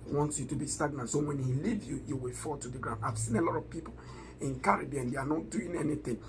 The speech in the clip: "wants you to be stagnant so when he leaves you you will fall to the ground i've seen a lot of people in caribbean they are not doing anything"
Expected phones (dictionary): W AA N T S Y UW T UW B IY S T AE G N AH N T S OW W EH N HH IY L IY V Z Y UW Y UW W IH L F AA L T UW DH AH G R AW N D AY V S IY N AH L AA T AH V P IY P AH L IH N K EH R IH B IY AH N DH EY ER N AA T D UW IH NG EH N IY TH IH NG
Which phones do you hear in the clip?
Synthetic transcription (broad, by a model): W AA N T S Y UW T UW B IY S T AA G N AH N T S OW W EH N HH IY L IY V Y UW Y UW W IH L F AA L T UW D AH G R AW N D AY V S IY N AH L AA T AH V P IY P AH L IH N K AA R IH B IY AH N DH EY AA N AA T D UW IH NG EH N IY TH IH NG